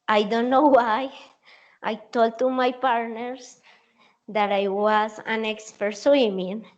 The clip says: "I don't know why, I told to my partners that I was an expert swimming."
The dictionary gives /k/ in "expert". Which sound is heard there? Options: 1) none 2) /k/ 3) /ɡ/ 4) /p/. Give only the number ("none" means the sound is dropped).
2